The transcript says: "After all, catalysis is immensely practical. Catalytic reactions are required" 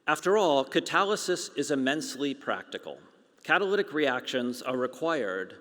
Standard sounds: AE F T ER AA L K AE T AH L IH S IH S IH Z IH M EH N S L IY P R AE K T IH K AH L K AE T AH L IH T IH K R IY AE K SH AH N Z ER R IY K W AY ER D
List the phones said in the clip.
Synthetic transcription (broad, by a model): AE F T ER AA L K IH T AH L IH S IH S IH Z IH M EH N S L IY P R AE K T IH K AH L K AE T AH L IH T IH K R IY AE K SH AH N Z ER R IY K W AY ER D